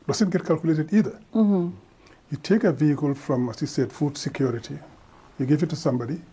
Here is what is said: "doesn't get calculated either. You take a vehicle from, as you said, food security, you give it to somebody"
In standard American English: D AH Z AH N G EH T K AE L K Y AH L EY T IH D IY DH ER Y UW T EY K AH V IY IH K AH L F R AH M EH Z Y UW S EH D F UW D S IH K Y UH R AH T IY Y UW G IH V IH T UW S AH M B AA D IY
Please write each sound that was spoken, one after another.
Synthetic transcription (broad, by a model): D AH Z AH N G EH T K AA L K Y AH L EY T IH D IY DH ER Y UW T EY K AH V IY IH K AH L F R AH M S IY S EH D F UW D S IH K Y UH R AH T IY Y UW G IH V IH T UW S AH M B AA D IY